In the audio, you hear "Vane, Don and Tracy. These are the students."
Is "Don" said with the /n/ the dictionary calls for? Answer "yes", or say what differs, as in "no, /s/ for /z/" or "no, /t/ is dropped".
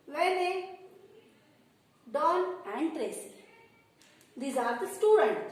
no, /l/ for /n/